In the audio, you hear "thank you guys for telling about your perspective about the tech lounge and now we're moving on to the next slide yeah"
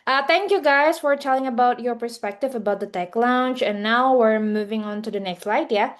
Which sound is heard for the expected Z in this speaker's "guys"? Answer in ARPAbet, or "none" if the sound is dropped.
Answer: S